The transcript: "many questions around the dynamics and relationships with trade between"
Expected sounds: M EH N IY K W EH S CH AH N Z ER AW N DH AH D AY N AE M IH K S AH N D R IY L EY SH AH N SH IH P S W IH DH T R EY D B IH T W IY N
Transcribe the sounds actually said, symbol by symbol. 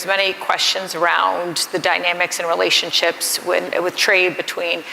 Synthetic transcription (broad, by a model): M EH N IY K W EH S CH AH N Z ER AW N DH AH D AY N AE M IH K S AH N R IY L EY SH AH N SH IH P S W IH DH T R EY D B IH T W IY N